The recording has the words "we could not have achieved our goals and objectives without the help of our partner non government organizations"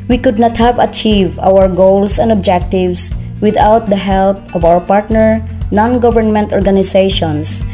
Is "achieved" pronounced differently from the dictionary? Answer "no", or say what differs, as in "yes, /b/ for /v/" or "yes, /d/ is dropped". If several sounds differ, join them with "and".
no